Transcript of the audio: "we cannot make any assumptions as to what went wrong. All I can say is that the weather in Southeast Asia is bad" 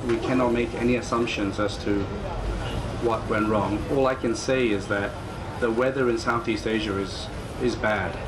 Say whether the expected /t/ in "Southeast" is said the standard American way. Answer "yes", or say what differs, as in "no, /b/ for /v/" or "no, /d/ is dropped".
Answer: yes